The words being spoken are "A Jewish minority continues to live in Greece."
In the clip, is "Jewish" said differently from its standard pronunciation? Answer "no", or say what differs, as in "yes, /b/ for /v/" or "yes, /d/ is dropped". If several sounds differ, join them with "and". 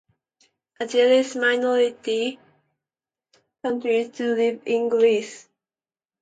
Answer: yes, /s/ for /ʃ/